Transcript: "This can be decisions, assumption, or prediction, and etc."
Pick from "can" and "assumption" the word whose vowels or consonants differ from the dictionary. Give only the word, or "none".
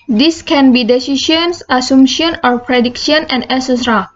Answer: assumption